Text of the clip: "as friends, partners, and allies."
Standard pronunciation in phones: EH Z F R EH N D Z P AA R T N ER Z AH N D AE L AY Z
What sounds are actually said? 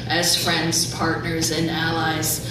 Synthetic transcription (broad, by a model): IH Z F R EH N D Z P AA R T N ER Z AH N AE L AY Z